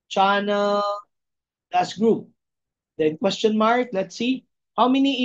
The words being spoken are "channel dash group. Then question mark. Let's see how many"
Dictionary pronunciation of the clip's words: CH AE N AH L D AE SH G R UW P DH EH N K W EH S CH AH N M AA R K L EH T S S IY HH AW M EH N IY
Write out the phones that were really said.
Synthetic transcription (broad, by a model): CH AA N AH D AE S G R UW P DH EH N K W EH S CH AH N M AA R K L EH T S S IY HH AW M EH N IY